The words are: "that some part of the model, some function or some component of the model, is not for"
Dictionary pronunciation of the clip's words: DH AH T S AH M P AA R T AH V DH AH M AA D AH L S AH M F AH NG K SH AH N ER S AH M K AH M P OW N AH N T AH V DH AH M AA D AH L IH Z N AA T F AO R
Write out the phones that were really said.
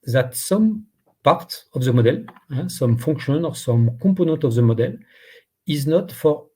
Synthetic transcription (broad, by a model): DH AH T S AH M P AA R T AH V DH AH M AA D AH L S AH M F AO NG K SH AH N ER S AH M K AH P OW N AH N T AH V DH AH M AA D AH L IH Z N AA T F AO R